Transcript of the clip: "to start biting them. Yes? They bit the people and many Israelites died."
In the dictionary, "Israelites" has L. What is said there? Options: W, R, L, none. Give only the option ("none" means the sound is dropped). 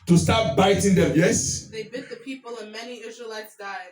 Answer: L